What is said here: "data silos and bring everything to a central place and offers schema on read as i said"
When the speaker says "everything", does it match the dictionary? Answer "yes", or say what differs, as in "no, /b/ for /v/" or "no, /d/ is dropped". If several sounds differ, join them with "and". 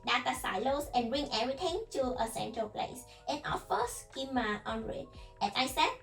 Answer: no, /t/ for /θ/